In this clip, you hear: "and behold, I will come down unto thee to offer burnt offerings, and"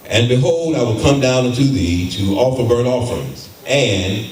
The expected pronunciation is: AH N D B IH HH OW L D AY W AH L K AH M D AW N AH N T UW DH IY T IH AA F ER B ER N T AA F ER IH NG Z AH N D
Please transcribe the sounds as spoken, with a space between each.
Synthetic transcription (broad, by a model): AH N B IH HH OW L D AY W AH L K AH M D AW N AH N T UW DH IY T IH AA F ER B ER T AA F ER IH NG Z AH N